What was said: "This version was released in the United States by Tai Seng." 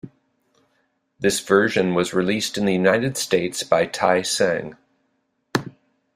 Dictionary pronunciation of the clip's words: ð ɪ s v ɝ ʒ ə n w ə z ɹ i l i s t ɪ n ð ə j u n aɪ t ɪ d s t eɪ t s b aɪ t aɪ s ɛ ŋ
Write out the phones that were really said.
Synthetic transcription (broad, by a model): ð ɪ s v ɝ ʒ ə n w ə z ɹ i l i s t ɪ n ð ə j u n aɪ t ɪ d s t eɪ t s b aɪ t aɪ s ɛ ŋ